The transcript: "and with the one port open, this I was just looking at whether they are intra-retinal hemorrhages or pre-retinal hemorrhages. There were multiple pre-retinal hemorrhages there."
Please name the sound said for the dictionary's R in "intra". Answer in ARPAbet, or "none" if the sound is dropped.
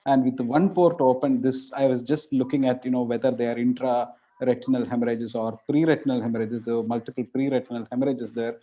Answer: R